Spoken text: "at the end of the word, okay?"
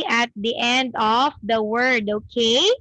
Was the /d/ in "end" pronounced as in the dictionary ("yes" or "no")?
yes